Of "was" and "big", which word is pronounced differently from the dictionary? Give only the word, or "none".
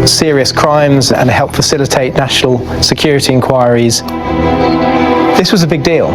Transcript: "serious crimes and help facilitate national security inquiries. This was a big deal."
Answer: none